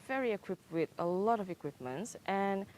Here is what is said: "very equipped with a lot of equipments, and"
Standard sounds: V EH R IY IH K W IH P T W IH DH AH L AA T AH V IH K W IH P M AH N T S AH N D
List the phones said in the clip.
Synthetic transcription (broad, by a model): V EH R IY IH K W IH P T W IH DH AH L AA T AH V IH K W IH P M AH N T S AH N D